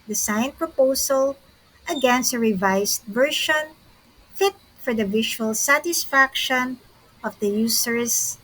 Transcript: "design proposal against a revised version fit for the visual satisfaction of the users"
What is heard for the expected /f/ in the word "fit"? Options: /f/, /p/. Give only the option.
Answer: /f/